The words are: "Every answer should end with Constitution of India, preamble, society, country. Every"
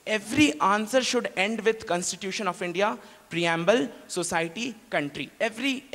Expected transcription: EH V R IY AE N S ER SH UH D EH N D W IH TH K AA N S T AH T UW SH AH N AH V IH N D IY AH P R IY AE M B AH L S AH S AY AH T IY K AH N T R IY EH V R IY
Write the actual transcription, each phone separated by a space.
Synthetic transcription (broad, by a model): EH V R IY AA N S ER SH UH D EH N D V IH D K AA N S T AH T UW SH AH N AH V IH N D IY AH P R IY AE M B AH L S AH S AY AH T IY K AH N T R IY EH V R IY